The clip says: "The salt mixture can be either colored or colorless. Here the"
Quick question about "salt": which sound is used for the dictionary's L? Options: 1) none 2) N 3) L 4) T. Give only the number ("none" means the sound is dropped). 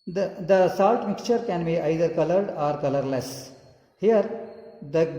3